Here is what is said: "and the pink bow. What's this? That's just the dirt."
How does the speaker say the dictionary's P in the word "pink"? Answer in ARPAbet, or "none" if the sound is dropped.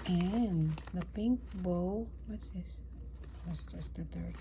P